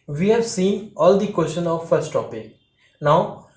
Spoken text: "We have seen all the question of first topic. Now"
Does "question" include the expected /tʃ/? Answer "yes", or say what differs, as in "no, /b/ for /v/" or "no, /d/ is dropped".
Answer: no, /ʃ/ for /tʃ/